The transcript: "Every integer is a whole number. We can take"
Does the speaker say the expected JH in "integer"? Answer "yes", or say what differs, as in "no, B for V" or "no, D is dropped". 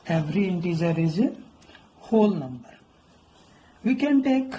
no, Z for JH